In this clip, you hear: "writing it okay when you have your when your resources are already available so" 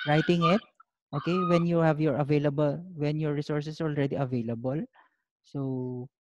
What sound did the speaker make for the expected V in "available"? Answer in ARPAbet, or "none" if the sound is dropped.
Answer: V